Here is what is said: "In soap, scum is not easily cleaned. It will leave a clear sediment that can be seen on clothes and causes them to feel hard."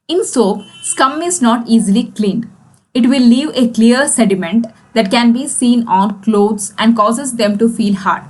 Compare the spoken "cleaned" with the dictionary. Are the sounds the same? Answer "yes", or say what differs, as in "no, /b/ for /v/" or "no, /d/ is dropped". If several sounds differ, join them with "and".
no, /d/ is dropped